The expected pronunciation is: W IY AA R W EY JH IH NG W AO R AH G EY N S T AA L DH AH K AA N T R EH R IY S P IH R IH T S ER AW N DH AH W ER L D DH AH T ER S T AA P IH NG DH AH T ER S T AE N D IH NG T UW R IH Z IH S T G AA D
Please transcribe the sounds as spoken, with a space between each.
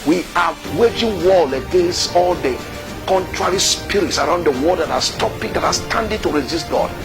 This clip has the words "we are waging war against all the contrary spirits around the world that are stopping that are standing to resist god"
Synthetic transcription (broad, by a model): W IY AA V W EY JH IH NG W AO L AH G EY N S T AA L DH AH K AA N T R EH R IY S P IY R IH T S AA AW N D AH W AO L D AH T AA S T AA P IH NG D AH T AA S T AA N D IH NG T UW R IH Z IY S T G AA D